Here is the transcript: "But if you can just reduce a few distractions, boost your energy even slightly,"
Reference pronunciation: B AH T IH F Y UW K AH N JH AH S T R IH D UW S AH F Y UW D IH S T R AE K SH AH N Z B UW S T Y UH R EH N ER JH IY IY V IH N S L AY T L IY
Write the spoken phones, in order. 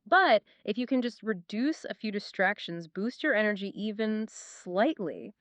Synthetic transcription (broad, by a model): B AH T IH F Y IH K AH N JH AH S T R IH D UW S AH F Y UW D IH S T R AE K SH AH N Z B UW S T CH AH R EH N ER JH IY IY V IH N S L AY T L IY